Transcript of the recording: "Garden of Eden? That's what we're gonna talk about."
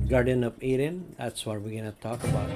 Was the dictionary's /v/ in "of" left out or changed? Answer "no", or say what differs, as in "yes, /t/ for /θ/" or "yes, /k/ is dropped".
yes, /p/ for /v/